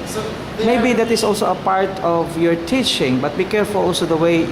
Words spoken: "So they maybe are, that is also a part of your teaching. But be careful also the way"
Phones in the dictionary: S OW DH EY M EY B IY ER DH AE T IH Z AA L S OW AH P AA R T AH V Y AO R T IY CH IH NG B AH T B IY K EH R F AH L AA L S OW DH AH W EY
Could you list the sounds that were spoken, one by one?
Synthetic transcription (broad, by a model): M EY B IY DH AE T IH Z AA L S OW AH P AA R T AH V Y AO R T IY CH IH NG B AH T B IY K EH R F AH L AA L S OW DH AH W EY